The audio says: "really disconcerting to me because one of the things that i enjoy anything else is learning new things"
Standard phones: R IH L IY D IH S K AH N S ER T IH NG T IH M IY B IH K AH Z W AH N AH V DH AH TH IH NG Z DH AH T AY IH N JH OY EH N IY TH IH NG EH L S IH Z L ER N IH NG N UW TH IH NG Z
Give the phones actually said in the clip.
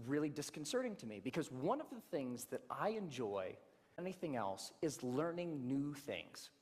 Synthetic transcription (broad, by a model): R IH L IY D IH S K N S ER T IH NG T IH M IY B IH K AH Z W AH N AH V DH AH TH IH NG Z DH AH T AY IH N JH OY EH N IY TH IH NG EH L S IH Z L ER N IH NG N UW TH IH NG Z